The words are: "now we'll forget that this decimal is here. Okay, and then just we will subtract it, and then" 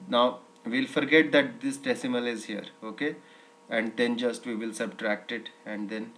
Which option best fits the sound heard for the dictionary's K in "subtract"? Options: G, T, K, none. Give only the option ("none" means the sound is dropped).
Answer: K